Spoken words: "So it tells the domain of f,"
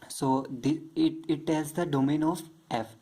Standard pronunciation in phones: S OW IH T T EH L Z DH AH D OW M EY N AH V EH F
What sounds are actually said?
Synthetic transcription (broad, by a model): S OW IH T T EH Z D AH D OW M EY N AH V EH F